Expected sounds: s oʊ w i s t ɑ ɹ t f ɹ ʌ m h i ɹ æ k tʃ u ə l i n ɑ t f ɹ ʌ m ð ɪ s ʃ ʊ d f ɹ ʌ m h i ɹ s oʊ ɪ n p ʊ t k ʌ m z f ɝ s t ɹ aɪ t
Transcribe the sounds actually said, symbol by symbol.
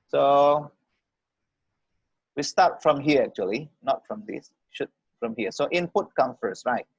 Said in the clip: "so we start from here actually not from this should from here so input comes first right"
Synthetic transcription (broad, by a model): s oʊ w i s t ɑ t f ɹ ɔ m h i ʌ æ k tʃ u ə l i n ɑ t f ɹ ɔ m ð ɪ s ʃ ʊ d f ɹ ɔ m h i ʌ s oʊ ɪ n p ʊ t k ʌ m f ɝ s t ɹ aɪ t